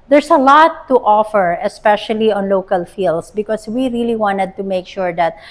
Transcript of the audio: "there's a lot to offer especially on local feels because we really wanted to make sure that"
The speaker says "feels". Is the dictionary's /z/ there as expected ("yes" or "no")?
no